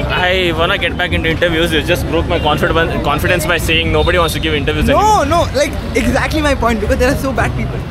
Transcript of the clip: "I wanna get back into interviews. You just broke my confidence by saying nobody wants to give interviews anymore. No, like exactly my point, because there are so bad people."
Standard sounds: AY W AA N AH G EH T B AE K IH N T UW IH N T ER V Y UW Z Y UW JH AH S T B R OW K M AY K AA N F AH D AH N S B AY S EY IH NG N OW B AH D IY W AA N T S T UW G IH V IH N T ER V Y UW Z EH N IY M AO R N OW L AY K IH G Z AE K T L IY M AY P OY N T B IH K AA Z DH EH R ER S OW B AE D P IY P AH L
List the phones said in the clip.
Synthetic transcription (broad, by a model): AY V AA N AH G EH T B AE K IH N T UW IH N T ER V Y UW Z Y UW JH AH S T B R OW K M AY K AA N F AH D AH N S B AY S EY IH NG N OW B AH D IY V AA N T S T UW G IH V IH N T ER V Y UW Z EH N AO N OW L AY K IH G Z AE K T L IY M AY P OY N T B IH K AA Z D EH R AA S OW B AE D P IY P AH L